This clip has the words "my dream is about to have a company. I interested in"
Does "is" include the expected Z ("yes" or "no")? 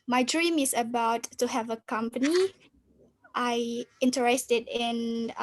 no